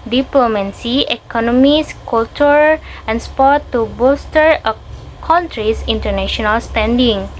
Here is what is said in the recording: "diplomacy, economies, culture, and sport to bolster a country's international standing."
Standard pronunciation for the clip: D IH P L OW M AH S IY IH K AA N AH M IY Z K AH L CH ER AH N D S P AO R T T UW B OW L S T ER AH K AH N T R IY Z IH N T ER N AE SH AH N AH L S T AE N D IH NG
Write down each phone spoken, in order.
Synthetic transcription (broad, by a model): D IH P L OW M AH S IY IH K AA N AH M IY S K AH L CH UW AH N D S P AO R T T UW B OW S T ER AH K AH N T R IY S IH N T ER N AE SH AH N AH L S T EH N D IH NG